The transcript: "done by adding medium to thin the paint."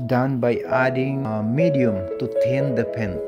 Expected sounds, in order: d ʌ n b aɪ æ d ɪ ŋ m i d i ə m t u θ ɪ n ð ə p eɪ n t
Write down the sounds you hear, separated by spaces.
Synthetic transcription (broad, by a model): d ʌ n b aɪ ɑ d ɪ ŋ m i d i ə m t u t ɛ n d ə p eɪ n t